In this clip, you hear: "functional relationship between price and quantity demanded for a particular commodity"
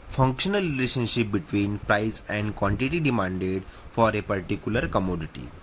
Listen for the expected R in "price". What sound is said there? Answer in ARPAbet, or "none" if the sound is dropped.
R